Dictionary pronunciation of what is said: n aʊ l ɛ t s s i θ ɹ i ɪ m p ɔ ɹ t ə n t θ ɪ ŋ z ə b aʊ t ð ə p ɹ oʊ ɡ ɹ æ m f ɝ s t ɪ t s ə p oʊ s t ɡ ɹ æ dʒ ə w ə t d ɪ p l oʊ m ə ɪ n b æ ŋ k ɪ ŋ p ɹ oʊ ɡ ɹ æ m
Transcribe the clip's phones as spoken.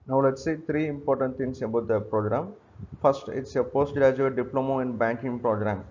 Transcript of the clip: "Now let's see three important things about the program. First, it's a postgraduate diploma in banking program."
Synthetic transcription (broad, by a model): n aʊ l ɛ t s s i t ɹ i ɪ m p ɔ ɹ t ə n t t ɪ ŋ s ə b aʊ t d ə p ɹ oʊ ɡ ɹ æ m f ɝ s t ɪ t s ə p oʊ s t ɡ ɹ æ dʒ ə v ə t d ɪ p l oʊ m ə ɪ n b æ ŋ k ɪ ŋ p ɹ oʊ ɡ ɹ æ m